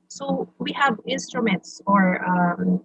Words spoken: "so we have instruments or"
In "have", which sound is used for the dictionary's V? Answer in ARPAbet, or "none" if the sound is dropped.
V